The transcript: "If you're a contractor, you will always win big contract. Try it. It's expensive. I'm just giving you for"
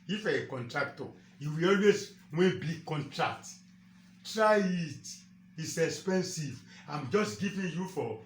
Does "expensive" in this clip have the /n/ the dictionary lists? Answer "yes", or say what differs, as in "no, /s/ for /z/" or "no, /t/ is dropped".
yes